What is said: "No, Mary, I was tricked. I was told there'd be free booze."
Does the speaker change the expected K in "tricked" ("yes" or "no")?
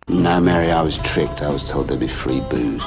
no